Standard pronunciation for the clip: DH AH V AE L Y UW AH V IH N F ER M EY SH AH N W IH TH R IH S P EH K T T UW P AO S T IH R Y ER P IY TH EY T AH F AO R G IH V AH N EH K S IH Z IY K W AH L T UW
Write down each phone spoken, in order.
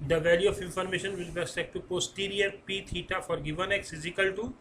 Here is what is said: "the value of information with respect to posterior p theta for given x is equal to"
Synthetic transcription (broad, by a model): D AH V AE L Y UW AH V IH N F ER M EY SH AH N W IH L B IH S EH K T T UW P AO S T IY R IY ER P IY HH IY T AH F AO R G IH V AH N EH K S IH Z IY K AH L T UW